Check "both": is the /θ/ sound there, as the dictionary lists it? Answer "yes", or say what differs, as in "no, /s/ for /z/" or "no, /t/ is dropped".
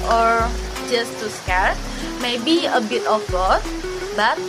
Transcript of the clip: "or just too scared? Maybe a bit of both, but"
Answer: no, /s/ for /θ/